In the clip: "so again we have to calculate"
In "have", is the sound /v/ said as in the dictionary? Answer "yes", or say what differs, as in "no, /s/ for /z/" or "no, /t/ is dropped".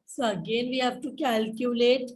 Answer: no, /p/ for /v/